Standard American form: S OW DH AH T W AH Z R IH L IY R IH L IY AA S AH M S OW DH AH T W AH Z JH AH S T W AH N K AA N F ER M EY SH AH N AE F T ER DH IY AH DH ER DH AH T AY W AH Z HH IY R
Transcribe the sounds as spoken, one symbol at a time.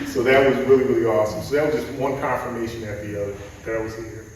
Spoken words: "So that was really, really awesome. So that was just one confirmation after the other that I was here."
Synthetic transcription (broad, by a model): S OW DH AH T W AH Z R IH L IY R IH L IY AA S AH M S OW DH AH T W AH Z JH AH S T W AH N K AA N F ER M EY SH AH N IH T DH IY AH DH ER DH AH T AY W AH Z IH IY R